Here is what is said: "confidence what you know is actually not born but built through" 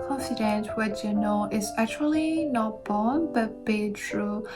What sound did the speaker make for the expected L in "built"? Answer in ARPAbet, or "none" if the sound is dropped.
none